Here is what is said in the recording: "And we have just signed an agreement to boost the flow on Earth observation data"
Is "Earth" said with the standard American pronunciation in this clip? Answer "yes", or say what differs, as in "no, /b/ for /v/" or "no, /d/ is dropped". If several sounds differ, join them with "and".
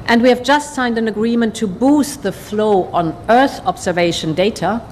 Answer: yes